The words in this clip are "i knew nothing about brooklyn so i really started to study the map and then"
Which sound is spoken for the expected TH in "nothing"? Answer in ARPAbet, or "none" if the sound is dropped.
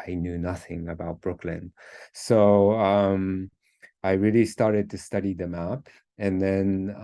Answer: TH